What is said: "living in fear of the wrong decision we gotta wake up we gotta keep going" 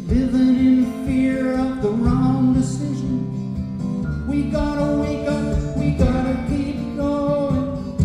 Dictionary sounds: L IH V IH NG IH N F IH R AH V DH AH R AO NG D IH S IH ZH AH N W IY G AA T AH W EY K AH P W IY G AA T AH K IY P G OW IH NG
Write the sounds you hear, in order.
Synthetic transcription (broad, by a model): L IH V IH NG IH N F IH R AH V DH AH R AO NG D IH S IH ZH AH N W IY G AA T AH W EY K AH W IY G AA T AH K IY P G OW